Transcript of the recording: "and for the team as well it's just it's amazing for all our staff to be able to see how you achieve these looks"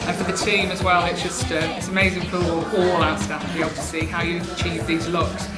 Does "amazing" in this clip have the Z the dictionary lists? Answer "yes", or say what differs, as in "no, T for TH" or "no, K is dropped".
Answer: yes